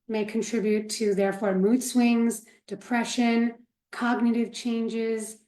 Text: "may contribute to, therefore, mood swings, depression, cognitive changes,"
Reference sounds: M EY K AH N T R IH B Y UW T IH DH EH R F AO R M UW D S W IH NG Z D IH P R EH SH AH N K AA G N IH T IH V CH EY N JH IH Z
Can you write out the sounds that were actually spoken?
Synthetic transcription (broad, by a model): M EY K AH N T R IH B Y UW T IH DH EH R F AO R M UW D S W IH NG Z D IH P R EH SH AH N K AA G N IH T IH V CH EY N JH IH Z